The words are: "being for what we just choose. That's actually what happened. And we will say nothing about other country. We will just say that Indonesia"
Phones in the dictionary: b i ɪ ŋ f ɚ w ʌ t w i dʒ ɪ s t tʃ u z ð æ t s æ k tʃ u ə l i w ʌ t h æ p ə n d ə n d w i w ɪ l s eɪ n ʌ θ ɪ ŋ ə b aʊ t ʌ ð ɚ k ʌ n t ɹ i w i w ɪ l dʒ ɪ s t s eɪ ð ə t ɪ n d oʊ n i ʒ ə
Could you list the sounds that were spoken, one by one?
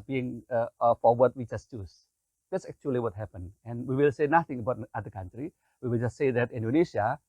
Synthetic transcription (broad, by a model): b i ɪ ŋ f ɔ w ʌ t w i dʒ ɪ s t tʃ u s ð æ t s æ k tʃ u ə l i w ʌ t h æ p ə n ə n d w i w ɪ l s eɪ n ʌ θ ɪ ŋ ə b aʊ t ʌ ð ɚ k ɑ n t ɹ i w i w ɪ l dʒ ɪ s t s eɪ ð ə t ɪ n d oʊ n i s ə